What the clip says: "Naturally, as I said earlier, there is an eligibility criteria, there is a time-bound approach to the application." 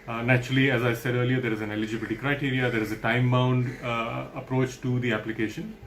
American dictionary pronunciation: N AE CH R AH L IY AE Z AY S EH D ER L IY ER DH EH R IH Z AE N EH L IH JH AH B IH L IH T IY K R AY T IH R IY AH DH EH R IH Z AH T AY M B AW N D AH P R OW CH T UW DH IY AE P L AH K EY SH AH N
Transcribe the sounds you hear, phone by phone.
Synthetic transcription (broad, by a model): N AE CH R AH L IY AE Z AY S EH D ER L IY ER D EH R IH Z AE N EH L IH JH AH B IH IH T IY K R AY T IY R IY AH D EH R IH Z AH T AY M B AW N D AH P R OW CH T UW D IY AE P L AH K EY SH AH N